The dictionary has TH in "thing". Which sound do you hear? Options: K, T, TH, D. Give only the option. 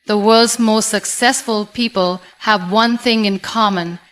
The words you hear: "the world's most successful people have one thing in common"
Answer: TH